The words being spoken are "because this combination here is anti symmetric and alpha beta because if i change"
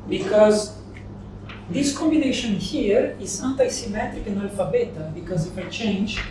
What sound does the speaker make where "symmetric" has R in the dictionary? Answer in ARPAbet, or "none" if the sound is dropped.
R